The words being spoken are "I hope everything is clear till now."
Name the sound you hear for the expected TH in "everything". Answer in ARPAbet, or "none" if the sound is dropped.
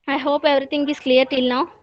T